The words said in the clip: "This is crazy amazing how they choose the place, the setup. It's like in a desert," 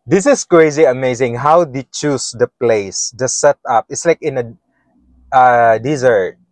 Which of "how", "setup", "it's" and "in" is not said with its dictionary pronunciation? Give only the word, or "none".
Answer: none